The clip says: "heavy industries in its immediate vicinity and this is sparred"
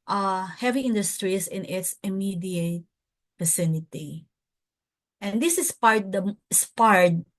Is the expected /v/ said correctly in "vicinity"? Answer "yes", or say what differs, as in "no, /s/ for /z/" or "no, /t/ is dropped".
no, /f/ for /v/